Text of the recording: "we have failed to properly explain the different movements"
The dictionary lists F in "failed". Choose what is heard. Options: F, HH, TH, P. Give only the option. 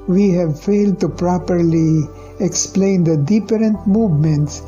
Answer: F